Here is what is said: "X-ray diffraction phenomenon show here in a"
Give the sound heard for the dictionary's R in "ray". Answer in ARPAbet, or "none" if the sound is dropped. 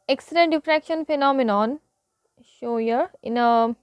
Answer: L